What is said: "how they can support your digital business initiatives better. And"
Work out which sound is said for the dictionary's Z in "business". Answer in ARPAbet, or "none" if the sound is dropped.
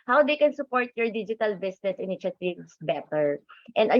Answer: S